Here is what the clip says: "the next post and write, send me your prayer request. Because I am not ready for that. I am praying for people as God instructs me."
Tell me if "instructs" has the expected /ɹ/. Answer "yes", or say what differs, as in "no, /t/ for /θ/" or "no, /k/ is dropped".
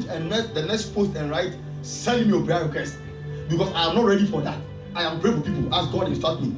no, /ɹ/ is dropped